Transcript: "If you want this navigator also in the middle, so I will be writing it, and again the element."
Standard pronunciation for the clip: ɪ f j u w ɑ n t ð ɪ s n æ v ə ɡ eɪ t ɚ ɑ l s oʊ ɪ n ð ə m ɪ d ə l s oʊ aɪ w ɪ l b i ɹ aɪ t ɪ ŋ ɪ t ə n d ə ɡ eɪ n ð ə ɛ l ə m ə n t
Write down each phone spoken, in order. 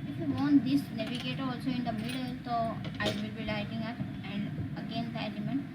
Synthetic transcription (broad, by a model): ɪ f j u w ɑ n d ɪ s n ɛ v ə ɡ eɪ t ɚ ɑ l s oʊ ɪ n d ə m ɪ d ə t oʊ aɪ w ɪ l b i l aɪ t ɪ ŋ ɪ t ə n d ə ɡ eɪ n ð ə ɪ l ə m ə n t